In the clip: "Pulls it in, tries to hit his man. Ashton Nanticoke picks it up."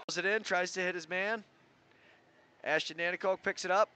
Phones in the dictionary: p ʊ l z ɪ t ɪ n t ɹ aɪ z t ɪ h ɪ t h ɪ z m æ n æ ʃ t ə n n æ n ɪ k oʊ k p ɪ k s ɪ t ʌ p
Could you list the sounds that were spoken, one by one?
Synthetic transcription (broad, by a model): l z ɪ t ɪ n t ɹ aɪ z t ɪ h ɪ t h ɪ z m æ n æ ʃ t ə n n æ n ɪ k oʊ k p ɪ k s ɪ t ʌ p